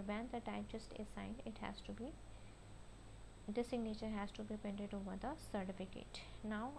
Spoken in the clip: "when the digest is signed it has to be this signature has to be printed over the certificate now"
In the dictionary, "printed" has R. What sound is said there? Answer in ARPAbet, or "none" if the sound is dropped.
none